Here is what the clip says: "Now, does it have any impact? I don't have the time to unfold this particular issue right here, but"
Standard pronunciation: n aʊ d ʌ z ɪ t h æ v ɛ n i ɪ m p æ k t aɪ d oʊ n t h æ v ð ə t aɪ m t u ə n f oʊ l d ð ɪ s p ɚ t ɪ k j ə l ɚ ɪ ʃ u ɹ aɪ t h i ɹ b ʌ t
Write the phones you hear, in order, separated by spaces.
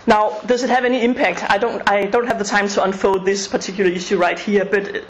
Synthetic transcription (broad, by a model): n aʊ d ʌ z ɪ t h æ v ɛ n i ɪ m p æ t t aɪ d oʊ n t h æ v ð ə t aɪ m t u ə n f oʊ d ð ɪ s p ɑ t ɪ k j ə l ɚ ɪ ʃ u ɹ aɪ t h i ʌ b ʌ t